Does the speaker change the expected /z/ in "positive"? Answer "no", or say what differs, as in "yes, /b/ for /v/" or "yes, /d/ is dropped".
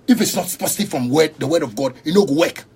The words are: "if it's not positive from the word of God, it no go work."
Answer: yes, /s/ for /z/